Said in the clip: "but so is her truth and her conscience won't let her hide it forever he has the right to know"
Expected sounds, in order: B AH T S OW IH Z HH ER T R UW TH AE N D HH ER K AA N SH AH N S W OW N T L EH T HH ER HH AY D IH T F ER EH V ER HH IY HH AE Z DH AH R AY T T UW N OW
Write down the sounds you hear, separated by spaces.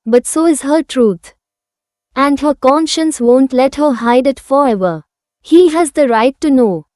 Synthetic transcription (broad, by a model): B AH T S OW IH Z HH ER T R UW T AE N D HH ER K AA N SH AH N S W OW N T L EH T HH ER HH AY D IH T F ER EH V ER HH IY HH AE Z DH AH R AY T T UW N OW